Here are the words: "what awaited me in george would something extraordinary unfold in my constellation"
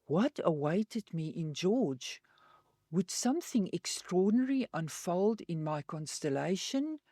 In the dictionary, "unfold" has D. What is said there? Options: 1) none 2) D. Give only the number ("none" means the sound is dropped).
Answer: 2